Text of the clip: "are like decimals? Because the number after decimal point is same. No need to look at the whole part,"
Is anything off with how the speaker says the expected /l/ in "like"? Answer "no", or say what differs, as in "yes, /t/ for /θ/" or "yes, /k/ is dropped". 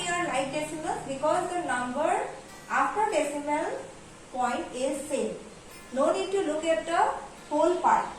yes, /n/ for /l/